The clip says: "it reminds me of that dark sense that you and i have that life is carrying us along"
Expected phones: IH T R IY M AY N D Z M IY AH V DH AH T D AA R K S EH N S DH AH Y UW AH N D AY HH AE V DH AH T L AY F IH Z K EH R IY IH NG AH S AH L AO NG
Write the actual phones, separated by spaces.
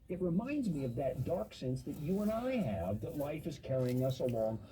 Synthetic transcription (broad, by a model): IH T R IY M AY N D Z M IY AH V DH AH T D AA R K S EH N S DH AH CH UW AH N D AY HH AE V DH AH T L AY F IH Z K EH R IY IH NG AH S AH L AO NG